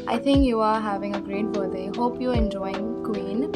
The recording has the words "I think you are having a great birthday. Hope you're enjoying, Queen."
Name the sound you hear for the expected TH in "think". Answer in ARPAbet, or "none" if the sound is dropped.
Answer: T